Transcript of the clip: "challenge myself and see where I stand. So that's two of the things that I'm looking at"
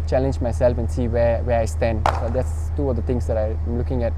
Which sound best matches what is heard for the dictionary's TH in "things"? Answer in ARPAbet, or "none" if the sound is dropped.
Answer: T